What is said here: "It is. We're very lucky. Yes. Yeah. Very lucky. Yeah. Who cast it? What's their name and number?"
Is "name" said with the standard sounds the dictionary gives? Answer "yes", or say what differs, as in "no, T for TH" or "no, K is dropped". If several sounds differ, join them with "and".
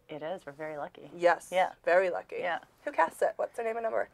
no, M is dropped